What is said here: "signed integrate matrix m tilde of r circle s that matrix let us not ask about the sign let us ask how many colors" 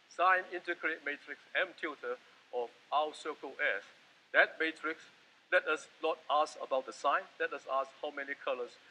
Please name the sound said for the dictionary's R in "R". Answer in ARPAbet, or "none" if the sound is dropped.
W